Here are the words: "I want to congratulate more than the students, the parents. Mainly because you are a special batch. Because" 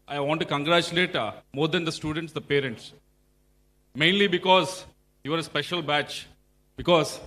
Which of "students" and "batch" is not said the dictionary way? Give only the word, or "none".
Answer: none